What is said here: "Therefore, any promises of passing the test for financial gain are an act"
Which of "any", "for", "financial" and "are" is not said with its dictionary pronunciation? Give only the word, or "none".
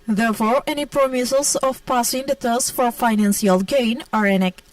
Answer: financial